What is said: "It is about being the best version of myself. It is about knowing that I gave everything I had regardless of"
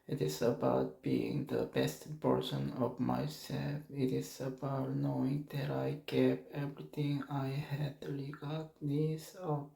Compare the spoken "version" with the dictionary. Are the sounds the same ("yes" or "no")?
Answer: no